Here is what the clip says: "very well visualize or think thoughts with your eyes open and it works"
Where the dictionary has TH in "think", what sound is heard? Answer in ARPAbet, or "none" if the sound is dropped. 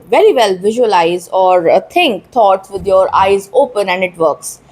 T